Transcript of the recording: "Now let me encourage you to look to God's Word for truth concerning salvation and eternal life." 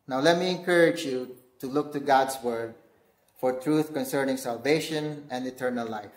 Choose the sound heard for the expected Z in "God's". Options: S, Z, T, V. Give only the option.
S